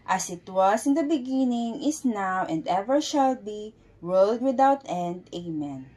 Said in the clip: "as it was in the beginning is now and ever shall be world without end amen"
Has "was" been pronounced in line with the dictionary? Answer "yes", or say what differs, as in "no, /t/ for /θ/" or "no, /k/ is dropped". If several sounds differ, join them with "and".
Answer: no, /s/ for /z/